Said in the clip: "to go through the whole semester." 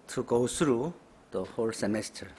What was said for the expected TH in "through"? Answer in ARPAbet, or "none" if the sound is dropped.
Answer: S